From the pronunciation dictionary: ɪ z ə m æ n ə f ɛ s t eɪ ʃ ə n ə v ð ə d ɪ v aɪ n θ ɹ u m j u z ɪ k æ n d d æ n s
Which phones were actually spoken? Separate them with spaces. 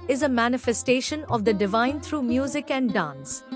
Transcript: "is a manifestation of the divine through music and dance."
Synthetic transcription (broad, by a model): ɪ z ə m æ n ə f ɛ s t eɪ ʃ ə n ə v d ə d ɪ v aɪ n t ɹ u m j u z ɪ k æ n d d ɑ n s